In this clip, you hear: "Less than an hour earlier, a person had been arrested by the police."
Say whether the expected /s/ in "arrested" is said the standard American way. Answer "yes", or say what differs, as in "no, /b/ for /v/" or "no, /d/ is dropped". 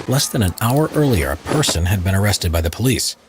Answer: yes